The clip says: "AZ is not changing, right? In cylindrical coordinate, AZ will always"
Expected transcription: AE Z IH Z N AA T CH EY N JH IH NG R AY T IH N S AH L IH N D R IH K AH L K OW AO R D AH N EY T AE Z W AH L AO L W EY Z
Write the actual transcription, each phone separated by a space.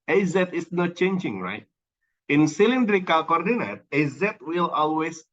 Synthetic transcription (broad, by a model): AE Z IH S N AA T CH EY N JH IH NG R AY T IH N S AH L IH N D R IH K AH L K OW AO R D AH N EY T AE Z W AH L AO L W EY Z